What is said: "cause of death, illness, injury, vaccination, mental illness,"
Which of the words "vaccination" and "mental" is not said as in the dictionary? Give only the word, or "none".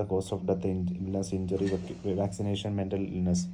none